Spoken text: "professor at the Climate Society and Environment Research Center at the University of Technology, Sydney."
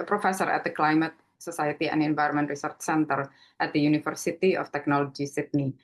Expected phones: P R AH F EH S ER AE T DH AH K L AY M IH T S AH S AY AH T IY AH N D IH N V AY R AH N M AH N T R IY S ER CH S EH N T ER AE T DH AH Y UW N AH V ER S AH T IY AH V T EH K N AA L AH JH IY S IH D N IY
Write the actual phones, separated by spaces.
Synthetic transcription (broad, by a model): P R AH F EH S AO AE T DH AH K L AY M IH T S AH S AY AH T IY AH N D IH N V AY R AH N M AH N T R IY S ER CH S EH N T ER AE T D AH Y UW N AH F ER S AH T IY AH F T EH K N AA L AH JH IY S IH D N IY